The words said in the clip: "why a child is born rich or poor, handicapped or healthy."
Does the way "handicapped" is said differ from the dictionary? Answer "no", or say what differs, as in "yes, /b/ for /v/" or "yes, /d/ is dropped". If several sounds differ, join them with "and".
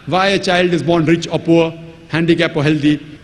yes, /t/ is dropped